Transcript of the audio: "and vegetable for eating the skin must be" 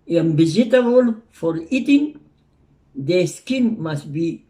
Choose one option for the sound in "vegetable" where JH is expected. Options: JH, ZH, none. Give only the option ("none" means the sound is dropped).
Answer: none